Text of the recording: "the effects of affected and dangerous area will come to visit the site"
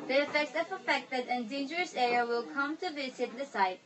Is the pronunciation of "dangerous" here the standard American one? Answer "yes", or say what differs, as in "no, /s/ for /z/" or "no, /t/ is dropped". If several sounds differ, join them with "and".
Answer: yes